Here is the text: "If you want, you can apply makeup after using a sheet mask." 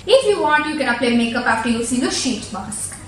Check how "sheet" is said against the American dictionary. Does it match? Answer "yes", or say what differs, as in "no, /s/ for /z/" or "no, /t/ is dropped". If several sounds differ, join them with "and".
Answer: yes